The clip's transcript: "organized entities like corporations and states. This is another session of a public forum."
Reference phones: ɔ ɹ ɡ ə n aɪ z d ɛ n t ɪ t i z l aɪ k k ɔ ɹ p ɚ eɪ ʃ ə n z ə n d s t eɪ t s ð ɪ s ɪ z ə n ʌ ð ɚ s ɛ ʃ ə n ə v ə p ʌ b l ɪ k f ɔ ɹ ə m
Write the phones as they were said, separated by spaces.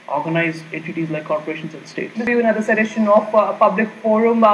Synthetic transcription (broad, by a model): ɔ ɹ ɡ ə n aɪ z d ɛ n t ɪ t i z l aɪ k k ɔ ɹ p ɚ eɪ ʃ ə n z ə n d s t eɪ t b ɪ ɪ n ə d ʌ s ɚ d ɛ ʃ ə n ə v p ʌ b l ɪ k f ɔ ɹ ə m